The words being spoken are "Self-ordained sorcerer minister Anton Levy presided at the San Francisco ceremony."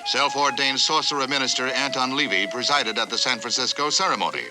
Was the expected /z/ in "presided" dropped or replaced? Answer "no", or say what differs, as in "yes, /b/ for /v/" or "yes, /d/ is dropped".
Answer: no